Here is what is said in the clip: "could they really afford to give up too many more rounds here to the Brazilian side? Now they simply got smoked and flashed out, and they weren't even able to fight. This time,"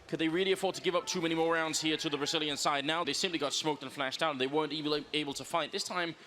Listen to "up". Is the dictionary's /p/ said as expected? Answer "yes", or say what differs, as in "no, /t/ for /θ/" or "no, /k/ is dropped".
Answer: yes